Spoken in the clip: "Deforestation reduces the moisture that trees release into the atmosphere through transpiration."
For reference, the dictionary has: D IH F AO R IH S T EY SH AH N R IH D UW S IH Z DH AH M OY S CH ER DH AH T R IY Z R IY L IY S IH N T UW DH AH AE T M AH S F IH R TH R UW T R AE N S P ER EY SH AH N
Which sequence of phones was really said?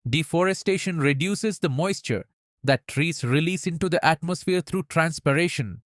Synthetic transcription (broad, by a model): D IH F AO R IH S T EY SH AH N R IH D UW S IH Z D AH M OY S CH ER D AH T R IY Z R IY L IY S IH N T UW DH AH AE T M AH S F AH R T R UW T R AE N S P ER EY SH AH N